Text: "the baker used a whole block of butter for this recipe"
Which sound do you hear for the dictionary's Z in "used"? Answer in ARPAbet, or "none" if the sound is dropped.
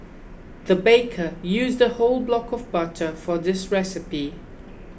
Z